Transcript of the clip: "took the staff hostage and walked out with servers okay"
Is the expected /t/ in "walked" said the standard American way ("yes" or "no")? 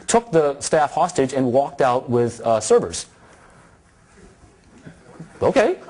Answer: yes